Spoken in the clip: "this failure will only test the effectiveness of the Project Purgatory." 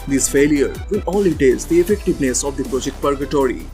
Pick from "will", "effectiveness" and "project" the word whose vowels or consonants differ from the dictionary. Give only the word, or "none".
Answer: will